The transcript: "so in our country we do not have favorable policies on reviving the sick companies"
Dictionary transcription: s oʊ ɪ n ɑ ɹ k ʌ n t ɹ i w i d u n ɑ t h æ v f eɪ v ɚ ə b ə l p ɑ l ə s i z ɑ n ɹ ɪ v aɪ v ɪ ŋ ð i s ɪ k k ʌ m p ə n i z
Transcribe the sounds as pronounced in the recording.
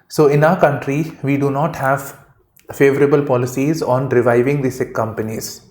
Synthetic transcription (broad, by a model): s oʊ ɪ n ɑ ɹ k ʌ n t ɹ i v i d u n ɑ t h æ v f eɪ v ɚ ə b ə l p ɑ l ə s i z ɑ n ɹ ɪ v aɪ v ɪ ŋ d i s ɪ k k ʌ m p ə n i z